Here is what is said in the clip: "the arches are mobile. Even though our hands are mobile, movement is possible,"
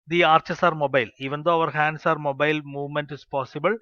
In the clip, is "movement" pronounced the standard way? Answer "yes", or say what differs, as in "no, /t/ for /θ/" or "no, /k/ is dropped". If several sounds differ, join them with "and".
yes